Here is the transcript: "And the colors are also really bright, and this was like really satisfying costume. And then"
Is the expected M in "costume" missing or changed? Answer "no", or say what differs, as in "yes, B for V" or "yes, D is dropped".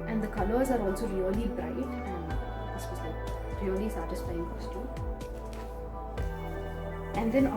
yes, M is dropped